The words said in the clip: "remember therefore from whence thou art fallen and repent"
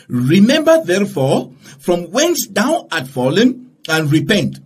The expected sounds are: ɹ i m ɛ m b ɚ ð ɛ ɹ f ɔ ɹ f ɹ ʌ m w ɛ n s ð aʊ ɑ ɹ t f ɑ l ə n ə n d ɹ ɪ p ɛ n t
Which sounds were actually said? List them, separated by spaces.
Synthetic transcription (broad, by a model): ɹ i m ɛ m b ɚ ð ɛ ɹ f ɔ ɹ f ɹ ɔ m w ɛ n s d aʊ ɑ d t f ɑ l ə n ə n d ɹ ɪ p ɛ n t